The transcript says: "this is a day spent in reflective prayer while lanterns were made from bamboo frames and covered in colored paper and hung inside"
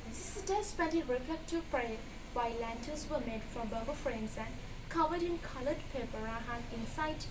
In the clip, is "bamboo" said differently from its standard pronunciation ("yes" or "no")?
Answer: yes